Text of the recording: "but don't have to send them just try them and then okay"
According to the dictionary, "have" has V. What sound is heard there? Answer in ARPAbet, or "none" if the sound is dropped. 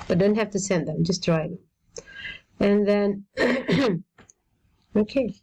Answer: F